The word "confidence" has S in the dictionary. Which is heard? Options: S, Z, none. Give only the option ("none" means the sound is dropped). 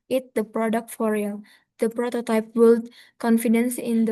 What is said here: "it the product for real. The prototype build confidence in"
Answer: S